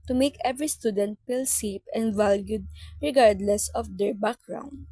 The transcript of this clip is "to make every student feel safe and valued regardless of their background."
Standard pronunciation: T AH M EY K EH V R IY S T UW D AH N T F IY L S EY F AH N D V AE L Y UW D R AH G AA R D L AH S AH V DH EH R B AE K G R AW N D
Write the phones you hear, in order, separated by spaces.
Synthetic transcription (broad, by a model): T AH M EY K EH V R IY S T UW D AH N T P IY L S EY P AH N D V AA L Y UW D R AH G AA R D L AH S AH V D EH R B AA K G R AW N D